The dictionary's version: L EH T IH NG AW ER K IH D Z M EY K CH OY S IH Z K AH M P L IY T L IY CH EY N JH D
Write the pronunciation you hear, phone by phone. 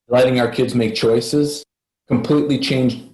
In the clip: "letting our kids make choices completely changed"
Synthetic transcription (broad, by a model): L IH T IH NG AW ER K IH D Z M EY K CH OY S IH Z K AH M P L IY T L IY CH EY N JH